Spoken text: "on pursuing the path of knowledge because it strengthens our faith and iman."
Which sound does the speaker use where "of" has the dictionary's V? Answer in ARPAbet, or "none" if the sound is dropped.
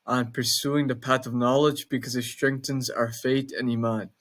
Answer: V